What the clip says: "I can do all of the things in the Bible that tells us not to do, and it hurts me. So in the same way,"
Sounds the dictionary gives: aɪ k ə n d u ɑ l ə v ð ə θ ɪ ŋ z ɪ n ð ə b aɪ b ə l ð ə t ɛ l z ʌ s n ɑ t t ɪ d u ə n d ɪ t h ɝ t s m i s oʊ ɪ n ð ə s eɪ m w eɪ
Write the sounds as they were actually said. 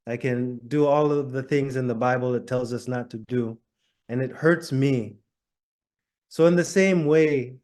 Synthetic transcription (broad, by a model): aɪ k ə n d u ɑ l ə v ð ə θ ɪ ŋ z ɪ n ð ə b aɪ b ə l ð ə t ɛ l z ʌ s n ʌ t t ɪ d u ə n ɪ t h ɝ t s m i s oʊ ɪ n ð ə s eɪ m w eɪ